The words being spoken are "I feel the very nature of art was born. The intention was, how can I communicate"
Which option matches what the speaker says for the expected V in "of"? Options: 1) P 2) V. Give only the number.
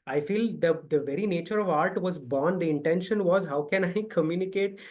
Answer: 2